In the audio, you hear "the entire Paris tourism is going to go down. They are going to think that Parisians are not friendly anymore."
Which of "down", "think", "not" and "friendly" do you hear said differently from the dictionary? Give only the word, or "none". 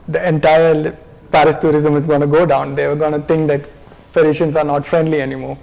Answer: think